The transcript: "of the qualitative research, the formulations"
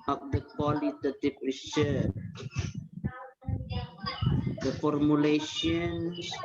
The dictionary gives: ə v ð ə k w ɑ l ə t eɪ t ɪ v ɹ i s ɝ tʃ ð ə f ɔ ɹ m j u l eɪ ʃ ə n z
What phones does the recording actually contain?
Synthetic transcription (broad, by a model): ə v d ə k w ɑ l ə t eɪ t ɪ p ɹ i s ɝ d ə f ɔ ɹ m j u l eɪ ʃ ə n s